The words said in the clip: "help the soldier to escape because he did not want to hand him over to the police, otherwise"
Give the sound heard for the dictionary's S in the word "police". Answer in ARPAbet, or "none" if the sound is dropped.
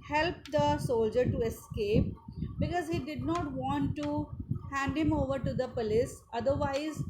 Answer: S